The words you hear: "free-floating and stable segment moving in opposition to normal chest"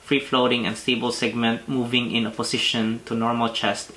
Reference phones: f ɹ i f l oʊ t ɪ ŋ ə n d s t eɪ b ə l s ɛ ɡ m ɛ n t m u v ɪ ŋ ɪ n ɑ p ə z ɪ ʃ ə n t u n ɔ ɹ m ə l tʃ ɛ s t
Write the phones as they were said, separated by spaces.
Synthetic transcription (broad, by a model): f ɹ i f l oʊ t ɪ ŋ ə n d s t eɪ b ə l s ɛ ɡ m ɛ n t m u v ɪ ŋ ɪ n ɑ p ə s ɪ ʃ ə n t u n ɔ ɹ m ə l tʃ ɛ s t